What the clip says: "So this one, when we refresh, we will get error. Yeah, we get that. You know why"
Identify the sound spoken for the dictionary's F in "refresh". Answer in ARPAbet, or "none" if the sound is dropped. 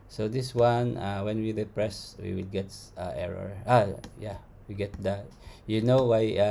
P